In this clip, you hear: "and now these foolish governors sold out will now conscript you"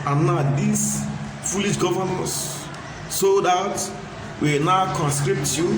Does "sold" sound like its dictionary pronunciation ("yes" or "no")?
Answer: no